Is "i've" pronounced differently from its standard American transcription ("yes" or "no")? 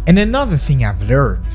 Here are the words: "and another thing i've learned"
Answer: no